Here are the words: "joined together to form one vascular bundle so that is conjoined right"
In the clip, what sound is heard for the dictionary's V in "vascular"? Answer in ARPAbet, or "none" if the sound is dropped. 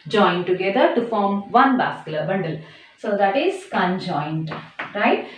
B